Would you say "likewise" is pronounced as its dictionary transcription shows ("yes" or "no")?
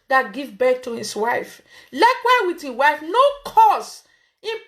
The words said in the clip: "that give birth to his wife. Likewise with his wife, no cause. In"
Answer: no